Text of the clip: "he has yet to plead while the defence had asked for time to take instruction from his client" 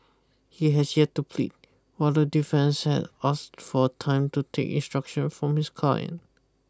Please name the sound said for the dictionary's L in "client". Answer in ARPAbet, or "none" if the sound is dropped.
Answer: none